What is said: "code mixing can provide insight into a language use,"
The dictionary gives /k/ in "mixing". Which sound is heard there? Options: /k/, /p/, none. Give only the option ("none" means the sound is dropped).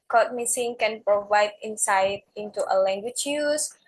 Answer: none